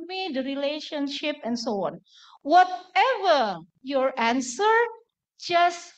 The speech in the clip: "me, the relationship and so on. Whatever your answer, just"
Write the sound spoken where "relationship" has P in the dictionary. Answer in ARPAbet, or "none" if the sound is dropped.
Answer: P